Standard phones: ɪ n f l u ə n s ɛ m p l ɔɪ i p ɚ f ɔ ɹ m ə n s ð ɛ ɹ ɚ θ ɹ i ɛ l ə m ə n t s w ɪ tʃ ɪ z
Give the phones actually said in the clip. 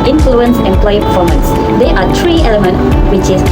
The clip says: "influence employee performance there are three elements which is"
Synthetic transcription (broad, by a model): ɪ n f l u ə n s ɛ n p l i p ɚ f ɔ m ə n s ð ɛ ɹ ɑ t ɹ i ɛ l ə m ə n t w ɪ tʃ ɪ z